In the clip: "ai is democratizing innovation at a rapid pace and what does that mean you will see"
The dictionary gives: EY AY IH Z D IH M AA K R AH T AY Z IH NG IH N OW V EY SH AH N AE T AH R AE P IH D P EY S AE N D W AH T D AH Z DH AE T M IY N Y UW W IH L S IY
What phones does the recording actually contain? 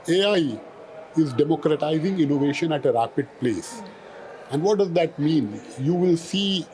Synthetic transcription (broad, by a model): EY AY IH Z D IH M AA K R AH T AY Z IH NG IH N OW V EY SH AH N AE T AH R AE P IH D P EY S AE N D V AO T D AH Z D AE T M IY N Y UW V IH L S IY